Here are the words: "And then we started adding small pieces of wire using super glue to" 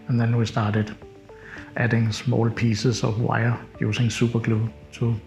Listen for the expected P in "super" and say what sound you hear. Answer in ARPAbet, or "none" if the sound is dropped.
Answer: B